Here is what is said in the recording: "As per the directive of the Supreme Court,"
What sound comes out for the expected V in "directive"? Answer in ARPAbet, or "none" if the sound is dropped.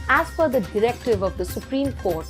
V